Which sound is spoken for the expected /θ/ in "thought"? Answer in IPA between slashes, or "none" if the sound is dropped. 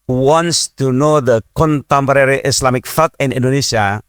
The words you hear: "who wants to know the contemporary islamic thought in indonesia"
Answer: /f/